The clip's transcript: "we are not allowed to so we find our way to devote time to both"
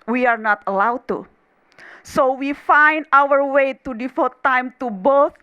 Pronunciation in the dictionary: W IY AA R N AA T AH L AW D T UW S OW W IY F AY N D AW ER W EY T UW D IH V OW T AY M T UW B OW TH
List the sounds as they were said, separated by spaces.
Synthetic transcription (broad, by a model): W IY AA R N AA T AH L AW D T UW S OW W IY F AY N D AW ER W EY T UW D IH F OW T AY M T UW B OW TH